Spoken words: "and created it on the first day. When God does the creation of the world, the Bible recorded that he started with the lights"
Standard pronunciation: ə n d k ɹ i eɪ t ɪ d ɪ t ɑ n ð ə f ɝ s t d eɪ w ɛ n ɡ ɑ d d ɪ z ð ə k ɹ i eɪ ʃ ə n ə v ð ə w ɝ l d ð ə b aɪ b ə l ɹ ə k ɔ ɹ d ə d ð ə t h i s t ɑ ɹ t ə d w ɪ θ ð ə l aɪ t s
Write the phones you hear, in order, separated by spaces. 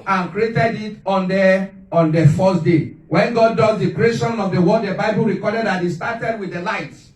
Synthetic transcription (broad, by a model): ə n k ɹ i eɪ t ɪ d ɪ t ɑ n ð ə f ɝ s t d eɪ w ɛ n ɡ ɑ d d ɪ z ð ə k ɹ i eɪ ʃ ə n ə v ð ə w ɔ d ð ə b aɪ b ə l ɹ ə k ɔ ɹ d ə d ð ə t h i s t ɑ t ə d w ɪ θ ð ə l aɪ t